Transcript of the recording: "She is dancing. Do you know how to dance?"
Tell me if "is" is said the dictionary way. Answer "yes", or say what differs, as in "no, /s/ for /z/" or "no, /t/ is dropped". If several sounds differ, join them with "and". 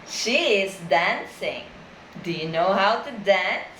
yes